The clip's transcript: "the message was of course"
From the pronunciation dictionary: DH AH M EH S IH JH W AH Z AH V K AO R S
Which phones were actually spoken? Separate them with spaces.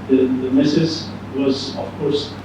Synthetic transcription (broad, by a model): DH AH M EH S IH Z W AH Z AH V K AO R S